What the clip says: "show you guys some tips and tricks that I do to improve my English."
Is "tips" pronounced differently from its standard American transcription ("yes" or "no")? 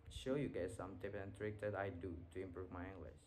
yes